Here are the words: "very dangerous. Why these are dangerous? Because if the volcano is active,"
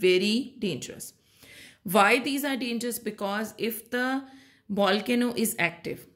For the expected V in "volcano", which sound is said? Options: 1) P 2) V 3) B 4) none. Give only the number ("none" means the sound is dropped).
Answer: 3